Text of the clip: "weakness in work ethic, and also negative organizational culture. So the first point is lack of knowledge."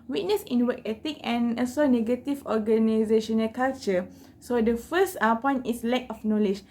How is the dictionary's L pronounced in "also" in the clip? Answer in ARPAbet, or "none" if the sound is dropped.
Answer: none